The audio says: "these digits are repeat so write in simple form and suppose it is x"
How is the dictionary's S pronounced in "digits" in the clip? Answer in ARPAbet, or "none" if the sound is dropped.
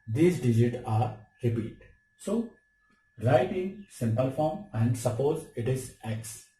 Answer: none